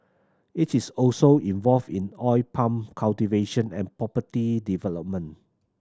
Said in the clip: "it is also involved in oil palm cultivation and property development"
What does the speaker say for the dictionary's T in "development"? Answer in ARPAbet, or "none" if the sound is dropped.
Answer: none